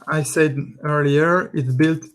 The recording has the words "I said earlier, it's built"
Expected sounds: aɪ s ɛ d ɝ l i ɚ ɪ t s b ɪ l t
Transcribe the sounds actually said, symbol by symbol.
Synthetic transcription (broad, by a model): aɪ s ɛ d ɝ l i ɚ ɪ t b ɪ l t